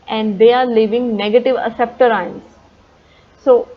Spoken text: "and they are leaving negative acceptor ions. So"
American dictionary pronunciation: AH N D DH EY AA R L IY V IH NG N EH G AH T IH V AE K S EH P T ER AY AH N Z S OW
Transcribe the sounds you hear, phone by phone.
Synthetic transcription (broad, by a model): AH N D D EY AA R L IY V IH NG N EH G AH T IH V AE S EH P T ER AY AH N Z S OW